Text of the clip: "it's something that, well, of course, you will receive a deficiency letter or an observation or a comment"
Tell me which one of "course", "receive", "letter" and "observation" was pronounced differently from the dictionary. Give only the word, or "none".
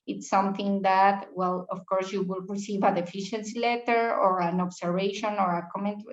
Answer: observation